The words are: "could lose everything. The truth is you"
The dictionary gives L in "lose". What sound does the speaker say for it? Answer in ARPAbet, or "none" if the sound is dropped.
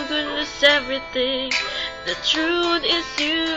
N